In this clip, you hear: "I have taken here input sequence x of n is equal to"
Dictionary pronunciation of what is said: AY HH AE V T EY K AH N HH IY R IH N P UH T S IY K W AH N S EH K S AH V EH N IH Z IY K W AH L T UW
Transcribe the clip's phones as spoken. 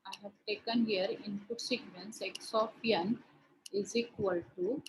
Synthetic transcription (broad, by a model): AY HH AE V T EY K AH N HH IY R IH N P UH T S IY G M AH N S EH K S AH P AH N IH Z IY K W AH L T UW